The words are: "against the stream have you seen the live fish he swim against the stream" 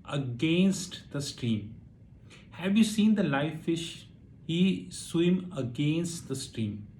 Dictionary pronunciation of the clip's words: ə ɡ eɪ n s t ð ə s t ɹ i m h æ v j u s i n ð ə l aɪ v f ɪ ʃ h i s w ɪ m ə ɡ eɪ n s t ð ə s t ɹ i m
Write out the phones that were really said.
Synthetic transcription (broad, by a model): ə ɡ eɪ n s t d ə s t ɹ i m h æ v j u s i n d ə l aɪ f ɪ ʃ h i s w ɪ m ə ɡ eɪ n s t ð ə s t ɹ i m